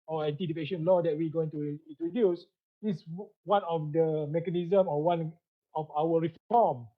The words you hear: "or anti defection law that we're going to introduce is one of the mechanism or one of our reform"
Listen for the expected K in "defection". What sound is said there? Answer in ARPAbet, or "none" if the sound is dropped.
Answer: none